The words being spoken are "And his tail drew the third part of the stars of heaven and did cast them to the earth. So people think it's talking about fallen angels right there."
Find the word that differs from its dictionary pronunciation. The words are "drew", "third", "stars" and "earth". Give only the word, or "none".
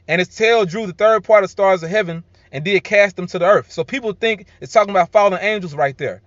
none